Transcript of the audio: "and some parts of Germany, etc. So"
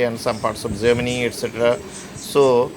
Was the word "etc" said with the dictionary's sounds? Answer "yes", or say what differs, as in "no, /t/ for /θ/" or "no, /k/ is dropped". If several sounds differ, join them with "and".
yes